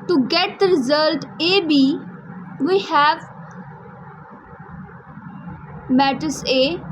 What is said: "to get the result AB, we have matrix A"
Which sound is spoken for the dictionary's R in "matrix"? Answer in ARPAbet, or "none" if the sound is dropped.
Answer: none